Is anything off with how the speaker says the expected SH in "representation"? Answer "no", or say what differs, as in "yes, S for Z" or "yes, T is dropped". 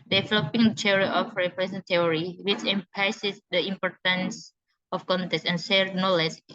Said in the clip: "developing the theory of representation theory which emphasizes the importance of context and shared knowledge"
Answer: yes, SH is dropped